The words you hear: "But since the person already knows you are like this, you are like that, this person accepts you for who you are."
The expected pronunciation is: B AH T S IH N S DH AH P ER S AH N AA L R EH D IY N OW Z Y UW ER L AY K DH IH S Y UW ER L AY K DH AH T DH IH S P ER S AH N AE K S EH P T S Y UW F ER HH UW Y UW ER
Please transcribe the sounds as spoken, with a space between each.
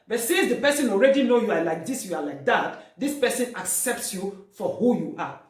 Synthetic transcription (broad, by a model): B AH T S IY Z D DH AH P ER S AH N AA L R EH D IY N OW Y UW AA L AY K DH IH S Y UW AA L AY K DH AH T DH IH S P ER S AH N AE K S EH P T S Y UW F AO HH UW Y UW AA